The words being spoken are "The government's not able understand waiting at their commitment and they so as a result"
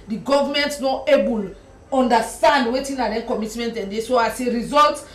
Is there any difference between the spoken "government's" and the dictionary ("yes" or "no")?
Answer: yes